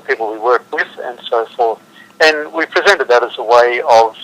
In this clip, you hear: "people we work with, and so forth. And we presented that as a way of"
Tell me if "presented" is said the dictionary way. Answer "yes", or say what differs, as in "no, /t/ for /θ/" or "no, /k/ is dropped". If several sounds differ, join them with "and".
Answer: yes